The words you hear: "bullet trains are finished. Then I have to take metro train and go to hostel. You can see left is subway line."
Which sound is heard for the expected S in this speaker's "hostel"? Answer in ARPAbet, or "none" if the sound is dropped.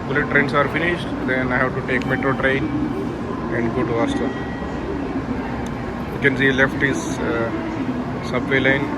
none